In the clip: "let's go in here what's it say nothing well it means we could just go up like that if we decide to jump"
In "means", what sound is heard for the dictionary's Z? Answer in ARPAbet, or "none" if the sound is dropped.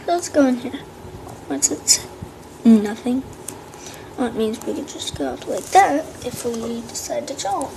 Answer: Z